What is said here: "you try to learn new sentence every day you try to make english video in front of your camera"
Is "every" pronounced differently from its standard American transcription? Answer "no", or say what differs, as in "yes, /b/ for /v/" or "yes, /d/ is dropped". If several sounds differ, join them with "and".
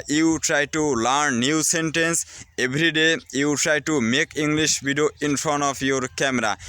yes, /b/ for /v/